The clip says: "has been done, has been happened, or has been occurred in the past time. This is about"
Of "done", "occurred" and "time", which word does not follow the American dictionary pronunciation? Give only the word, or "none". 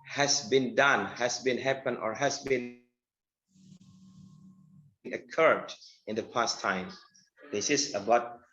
none